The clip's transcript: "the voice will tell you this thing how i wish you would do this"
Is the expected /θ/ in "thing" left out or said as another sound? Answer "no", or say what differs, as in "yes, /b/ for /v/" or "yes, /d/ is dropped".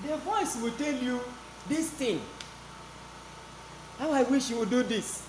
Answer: yes, /t/ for /θ/